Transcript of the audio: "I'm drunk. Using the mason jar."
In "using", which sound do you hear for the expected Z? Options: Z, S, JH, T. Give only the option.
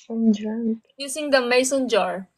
S